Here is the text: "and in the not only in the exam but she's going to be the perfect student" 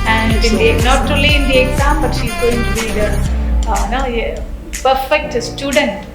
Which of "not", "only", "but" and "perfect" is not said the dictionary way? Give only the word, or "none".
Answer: only